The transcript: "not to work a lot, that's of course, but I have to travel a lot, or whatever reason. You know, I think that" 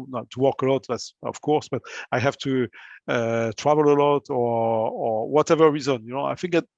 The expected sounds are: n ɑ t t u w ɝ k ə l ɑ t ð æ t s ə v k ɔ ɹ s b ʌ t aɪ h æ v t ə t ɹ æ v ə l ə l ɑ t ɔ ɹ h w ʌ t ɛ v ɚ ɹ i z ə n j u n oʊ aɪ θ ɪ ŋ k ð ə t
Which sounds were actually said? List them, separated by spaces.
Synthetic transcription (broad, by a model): n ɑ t t u w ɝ k ə l ɑ t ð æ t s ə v k ɔ ɹ s b ʌ t aɪ h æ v t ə t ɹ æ v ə l ə l ɑ t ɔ ɹ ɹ w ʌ t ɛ v ɚ ɹ i z ə n j u n oʊ aɪ f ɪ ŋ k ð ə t